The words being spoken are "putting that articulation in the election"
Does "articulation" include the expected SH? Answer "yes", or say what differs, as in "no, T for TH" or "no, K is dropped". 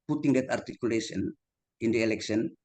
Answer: no, S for SH